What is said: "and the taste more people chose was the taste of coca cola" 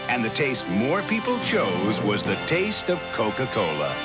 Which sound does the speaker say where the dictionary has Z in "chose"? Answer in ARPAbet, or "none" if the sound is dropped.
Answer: Z